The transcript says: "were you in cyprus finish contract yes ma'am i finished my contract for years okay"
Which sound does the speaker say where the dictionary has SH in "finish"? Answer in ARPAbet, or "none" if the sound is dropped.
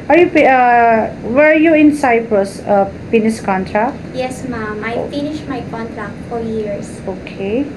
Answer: S